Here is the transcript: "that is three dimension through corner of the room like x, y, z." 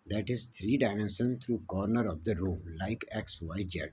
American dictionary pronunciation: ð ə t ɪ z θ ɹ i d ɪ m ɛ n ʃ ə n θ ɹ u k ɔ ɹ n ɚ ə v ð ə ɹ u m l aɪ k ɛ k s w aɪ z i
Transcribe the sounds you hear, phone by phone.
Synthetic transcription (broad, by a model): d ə t ɪ z t ɹ i d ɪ m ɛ n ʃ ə n t ɹ u k ɔ ɹ n ɚ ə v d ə ɹ u m l aɪ k ɛ k s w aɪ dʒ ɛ